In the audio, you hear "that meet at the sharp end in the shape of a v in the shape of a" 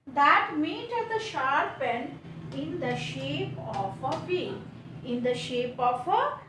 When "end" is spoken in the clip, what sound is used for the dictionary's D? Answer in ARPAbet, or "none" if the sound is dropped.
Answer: none